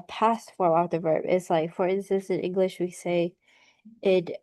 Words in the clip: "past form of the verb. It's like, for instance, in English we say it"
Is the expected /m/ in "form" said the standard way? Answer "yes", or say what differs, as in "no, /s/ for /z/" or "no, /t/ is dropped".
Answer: no, /m/ is dropped